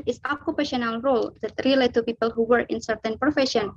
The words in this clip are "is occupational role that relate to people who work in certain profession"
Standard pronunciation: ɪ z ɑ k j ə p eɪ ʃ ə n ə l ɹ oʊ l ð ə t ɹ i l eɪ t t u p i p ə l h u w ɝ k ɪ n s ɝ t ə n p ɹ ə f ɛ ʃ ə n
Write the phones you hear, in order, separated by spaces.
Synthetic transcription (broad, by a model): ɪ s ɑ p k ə p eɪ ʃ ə n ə l ɹ oʊ l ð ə t ɹ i l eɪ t t u p i p ə l h u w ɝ ɪ n s ɝ t ə n p ɹ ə f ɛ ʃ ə n